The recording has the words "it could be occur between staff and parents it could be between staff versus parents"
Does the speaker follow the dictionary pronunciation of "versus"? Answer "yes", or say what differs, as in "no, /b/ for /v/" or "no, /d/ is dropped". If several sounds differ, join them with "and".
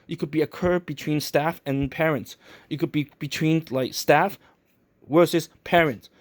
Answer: no, /w/ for /v/